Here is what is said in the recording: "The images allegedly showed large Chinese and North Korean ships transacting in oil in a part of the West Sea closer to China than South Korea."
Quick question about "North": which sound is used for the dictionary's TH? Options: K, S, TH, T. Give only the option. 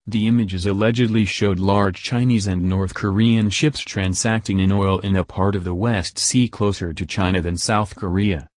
TH